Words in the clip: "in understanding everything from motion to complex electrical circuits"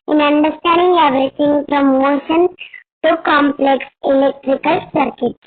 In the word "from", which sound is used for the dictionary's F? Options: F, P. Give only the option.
P